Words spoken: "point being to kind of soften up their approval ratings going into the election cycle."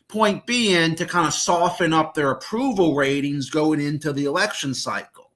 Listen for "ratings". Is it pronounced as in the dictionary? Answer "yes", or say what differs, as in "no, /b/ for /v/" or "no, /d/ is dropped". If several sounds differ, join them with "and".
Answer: yes